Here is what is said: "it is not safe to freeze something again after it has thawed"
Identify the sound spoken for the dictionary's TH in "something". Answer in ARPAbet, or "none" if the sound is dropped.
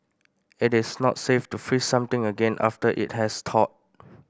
T